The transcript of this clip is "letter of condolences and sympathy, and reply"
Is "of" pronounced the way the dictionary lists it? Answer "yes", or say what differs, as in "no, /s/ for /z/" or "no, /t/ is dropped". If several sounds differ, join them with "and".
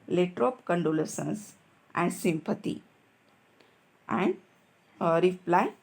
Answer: no, /p/ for /v/